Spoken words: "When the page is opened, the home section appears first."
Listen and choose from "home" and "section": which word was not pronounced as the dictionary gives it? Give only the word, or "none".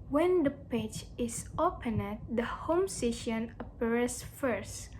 section